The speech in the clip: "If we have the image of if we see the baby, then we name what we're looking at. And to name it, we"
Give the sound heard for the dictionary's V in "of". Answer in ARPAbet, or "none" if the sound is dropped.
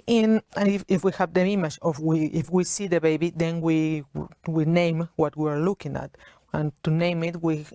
W